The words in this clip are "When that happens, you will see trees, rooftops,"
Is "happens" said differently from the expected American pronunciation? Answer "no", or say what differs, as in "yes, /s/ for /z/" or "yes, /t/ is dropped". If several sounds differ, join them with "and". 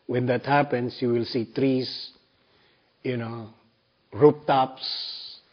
yes, /s/ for /z/